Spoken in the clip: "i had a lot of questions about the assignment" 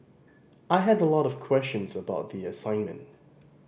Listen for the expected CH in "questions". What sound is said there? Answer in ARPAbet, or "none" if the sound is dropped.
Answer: CH